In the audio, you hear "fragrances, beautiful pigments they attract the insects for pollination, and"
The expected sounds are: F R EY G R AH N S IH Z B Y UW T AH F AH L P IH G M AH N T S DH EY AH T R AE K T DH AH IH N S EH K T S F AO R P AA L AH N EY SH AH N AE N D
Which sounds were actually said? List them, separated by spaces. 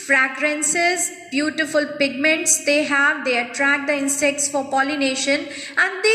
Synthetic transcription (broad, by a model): F R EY G R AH N S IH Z B Y UW T AH F AH L P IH G M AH N T S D EY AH T R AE K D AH IH N S EH K T S F AO R P AA L AH N EY SH AH N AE N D